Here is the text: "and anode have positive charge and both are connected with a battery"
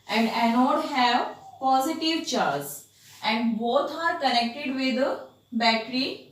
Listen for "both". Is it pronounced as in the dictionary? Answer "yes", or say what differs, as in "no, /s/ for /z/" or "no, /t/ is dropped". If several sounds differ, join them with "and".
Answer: no, /t/ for /θ/